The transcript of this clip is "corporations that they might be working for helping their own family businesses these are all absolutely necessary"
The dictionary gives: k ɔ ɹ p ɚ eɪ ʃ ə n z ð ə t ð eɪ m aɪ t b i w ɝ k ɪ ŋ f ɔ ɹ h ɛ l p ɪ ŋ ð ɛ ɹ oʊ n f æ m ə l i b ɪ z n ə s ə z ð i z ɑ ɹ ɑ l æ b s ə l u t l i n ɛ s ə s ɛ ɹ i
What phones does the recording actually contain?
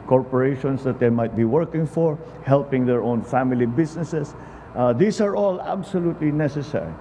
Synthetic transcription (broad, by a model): k ɔ ɹ p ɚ eɪ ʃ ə n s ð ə t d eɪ m aɪ t b i w ɝ k ɪ ŋ f ɔ ɹ h ɛ l p ɪ ŋ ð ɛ ɹ oʊ n f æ m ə l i b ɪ s n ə s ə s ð i s ɑ ɹ ɑ l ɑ b s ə l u t l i n ɛ s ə s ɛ ɹ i